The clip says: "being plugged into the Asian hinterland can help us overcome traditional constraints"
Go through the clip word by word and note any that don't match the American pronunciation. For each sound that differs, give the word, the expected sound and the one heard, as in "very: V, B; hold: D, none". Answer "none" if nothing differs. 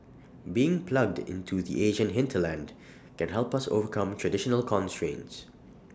none